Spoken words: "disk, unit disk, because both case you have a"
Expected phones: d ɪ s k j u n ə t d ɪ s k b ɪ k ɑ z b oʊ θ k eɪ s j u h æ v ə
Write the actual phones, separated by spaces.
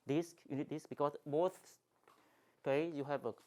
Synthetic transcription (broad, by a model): d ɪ s k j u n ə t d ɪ s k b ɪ k ɑ s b oʊ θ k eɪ j u h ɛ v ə